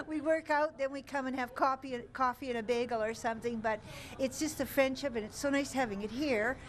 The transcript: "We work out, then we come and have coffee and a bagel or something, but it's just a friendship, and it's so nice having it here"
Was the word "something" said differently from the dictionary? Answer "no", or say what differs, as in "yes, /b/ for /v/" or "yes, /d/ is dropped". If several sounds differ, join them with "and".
no